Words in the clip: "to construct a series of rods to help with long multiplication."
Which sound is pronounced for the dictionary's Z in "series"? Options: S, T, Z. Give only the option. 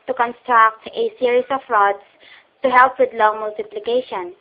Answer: S